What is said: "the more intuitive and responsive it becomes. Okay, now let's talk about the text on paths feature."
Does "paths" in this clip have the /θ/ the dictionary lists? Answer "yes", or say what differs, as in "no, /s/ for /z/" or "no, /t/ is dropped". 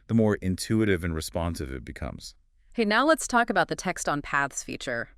yes